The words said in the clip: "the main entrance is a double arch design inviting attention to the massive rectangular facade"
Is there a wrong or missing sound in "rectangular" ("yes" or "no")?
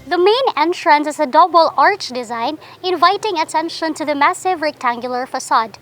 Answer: no